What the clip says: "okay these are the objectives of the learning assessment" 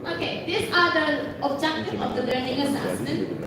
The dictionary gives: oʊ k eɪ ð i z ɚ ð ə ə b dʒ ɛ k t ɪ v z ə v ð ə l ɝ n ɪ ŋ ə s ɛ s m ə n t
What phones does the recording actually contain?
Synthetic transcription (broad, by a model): oʊ k eɪ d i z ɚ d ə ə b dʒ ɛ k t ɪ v ə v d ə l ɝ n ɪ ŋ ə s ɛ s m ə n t